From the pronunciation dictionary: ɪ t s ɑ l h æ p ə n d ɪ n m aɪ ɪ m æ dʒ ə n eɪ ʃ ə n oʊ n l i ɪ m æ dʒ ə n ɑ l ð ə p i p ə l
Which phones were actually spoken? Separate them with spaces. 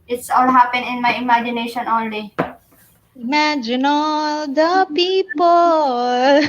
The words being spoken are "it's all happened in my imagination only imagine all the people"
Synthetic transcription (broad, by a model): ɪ t s ɑ l h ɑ p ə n ɪ n m aɪ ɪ m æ dʒ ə n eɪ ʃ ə n oʊ n l i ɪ m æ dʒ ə n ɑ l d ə p i p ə l